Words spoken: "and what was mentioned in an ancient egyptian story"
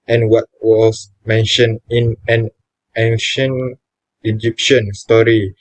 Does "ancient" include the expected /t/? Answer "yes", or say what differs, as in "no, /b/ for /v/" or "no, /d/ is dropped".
no, /t/ is dropped